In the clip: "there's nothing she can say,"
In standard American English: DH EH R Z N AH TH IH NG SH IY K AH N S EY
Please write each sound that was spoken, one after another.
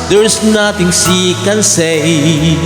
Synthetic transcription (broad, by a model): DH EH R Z N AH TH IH NG S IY K AH N S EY